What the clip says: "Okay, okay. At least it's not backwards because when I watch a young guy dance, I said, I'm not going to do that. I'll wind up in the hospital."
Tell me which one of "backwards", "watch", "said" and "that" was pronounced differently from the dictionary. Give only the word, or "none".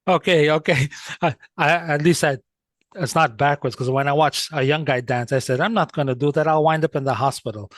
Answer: none